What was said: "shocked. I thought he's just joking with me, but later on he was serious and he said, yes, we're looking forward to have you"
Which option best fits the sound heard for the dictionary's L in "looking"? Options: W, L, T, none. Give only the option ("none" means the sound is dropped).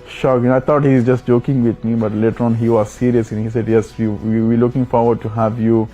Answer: L